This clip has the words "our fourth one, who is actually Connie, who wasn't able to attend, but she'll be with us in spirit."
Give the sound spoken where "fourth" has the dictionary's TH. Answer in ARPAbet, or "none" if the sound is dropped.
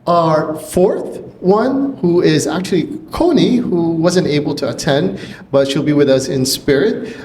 TH